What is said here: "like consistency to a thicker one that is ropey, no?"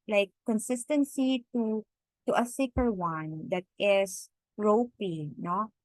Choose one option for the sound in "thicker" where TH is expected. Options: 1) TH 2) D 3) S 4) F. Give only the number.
3